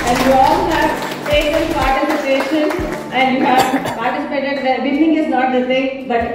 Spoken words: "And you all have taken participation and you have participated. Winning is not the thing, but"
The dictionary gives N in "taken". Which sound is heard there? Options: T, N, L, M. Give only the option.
L